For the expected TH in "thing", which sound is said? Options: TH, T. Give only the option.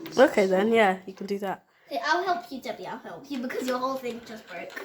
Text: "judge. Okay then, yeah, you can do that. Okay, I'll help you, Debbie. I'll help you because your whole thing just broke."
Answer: TH